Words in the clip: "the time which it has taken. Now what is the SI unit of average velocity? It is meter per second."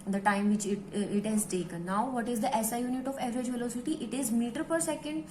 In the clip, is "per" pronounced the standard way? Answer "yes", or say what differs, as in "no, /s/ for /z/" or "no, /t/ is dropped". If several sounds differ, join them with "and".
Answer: yes